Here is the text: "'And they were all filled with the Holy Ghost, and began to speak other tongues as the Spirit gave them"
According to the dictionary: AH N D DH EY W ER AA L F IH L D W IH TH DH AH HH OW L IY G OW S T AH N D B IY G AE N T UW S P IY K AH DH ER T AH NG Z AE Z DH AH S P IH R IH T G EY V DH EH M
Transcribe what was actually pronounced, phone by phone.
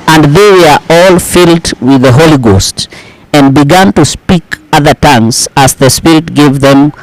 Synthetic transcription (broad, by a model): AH N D DH EY W ER AA L F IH L D W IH DH AH HH OW L IY G OW S T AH N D B IY G AE N T UW S P IY K AH DH ER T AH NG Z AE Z DH AH S P IH R IH T G EY V DH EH M